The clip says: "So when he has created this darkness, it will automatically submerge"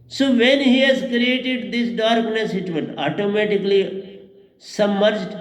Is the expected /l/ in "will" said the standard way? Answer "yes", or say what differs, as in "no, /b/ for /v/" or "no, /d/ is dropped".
no, /n/ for /l/